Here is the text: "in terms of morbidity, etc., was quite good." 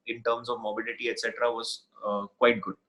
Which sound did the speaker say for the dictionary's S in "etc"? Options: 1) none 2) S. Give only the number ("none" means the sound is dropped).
2